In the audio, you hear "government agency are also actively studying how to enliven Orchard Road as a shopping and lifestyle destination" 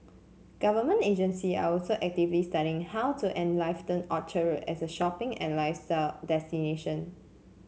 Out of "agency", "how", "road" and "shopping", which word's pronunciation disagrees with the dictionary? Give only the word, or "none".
road